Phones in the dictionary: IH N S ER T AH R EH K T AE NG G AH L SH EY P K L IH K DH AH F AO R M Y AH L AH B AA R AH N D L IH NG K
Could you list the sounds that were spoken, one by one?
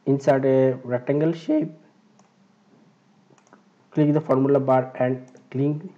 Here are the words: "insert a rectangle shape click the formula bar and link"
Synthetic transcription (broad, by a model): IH N S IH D AH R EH T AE NG G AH L SH EY P K L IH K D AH F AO R M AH L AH B AA R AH N D L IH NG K